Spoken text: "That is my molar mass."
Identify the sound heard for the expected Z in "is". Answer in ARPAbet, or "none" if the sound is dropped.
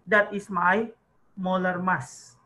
S